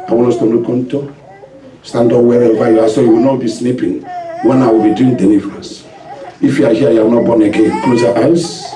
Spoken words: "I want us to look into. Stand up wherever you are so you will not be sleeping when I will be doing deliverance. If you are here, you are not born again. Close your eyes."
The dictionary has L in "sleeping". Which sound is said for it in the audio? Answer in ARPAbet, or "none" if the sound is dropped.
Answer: N